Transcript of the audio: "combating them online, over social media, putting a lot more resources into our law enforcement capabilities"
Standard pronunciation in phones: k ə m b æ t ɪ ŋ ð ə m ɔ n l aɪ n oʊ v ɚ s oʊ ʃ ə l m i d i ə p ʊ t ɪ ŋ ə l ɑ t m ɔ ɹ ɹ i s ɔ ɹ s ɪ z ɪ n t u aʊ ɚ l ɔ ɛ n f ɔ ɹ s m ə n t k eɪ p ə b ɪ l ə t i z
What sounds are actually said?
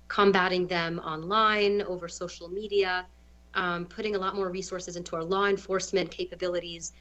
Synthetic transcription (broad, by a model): k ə m b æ t ɪ ŋ ð ə m ɔ n l aɪ n oʊ v ɚ s oʊ ʃ l m i d i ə p ʊ t ɪ ŋ ə l ɑ t m ɔ ɹ ɹ i s ɔ ɹ s ɪ z ɪ n t u aʊ ɚ l ɔ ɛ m f ɔ ɹ s m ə n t k eɪ p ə b ɪ l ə t i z